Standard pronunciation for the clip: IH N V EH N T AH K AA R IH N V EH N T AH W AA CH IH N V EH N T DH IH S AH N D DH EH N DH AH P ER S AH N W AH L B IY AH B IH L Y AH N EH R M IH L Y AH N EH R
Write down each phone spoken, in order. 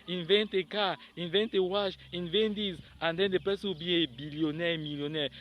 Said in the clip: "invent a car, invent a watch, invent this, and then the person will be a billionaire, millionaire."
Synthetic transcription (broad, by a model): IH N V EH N T AH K AA IH N V EH N T AH W AA SH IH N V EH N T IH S AH N D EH N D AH P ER S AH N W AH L B IY AH B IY L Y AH N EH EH M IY L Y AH N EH